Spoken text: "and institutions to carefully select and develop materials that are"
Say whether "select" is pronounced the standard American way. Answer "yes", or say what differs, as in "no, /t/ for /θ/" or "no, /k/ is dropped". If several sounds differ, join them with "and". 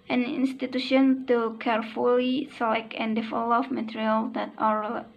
no, /t/ is dropped